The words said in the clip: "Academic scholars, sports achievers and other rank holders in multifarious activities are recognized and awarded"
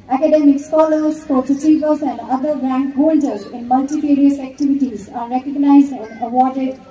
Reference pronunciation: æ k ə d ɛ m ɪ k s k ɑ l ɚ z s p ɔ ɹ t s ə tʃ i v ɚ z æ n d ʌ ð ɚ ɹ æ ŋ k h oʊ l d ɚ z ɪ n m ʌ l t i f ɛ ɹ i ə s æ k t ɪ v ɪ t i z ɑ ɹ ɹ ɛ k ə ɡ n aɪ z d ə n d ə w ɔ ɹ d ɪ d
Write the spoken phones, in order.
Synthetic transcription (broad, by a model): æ k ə d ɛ m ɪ k s k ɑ l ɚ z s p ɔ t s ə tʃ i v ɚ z æ n d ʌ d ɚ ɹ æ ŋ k h oʊ l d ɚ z ɪ n m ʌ l t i p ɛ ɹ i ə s æ k t ɪ v ɪ t i z ɑ ɹ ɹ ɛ k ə ɡ n aɪ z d ə n d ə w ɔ ɹ d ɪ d